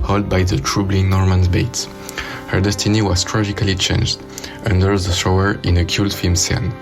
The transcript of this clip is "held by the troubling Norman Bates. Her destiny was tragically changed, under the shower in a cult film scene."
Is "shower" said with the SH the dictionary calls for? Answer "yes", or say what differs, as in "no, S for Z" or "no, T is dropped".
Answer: no, S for SH